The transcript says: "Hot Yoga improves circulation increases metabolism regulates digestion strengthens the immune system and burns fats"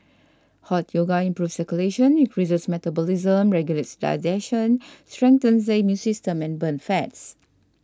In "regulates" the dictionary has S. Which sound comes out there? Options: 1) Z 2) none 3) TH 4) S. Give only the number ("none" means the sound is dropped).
4